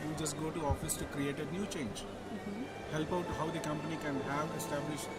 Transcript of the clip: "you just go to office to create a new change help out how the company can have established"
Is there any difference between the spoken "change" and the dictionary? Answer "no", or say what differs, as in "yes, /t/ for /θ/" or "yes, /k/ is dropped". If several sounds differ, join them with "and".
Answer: no